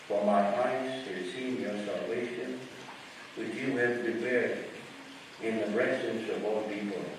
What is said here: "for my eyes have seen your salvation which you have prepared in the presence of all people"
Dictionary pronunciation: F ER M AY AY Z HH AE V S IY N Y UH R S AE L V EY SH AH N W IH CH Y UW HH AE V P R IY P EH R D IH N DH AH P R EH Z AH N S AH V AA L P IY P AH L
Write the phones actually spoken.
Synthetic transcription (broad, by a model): F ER M AY AY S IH S IY N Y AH R S AE L V EY SH AH N W IH CH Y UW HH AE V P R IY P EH R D IH N DH AH B R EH S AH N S AH V AA L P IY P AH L